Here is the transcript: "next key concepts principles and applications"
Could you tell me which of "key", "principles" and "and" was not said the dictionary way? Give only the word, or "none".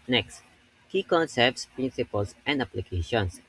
principles